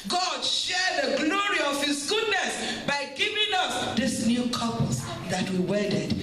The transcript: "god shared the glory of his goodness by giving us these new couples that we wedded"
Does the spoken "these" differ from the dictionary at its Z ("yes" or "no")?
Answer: yes